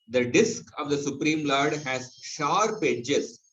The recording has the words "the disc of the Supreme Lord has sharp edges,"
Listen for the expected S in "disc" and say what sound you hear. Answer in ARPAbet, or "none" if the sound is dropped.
S